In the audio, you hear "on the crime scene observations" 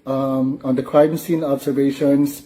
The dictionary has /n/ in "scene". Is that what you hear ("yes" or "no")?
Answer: yes